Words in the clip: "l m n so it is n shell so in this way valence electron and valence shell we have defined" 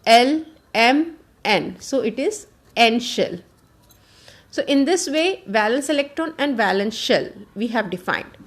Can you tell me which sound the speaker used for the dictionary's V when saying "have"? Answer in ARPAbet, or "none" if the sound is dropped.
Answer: V